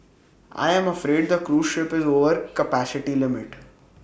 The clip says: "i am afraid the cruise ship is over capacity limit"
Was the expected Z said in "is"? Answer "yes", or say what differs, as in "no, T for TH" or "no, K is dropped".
yes